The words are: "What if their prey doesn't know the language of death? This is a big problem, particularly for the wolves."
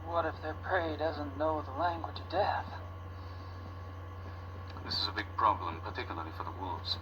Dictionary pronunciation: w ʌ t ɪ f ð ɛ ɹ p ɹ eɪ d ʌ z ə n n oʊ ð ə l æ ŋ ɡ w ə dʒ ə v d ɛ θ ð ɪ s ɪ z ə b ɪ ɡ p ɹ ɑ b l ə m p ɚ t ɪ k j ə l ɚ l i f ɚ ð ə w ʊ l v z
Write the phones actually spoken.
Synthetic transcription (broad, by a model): w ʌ t ɪ f ð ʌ ɹ p ɹ eɪ d ʌ z ə n n oʊ ð ə l æ ŋ ɡ w ə dʒ ə v d ɛ θ ð ɪ s ɪ z ə b ɪ ɡ p ɹ ɑ b l ə m p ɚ t ɪ k j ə l ɚ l i f ɚ ð ə w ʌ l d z